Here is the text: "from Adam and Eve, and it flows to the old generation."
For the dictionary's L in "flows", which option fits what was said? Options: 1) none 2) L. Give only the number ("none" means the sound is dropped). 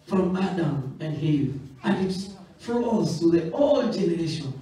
1